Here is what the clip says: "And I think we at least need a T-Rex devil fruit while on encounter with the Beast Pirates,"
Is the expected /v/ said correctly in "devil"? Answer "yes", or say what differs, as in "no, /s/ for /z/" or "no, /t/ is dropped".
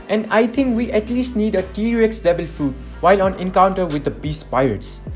no, /b/ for /v/